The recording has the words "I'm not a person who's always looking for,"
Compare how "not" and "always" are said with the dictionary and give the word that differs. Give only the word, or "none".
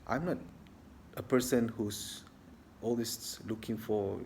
always